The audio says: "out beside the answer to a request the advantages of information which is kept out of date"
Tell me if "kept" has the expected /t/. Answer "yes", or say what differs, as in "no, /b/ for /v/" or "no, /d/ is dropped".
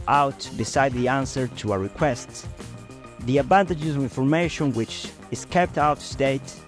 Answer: yes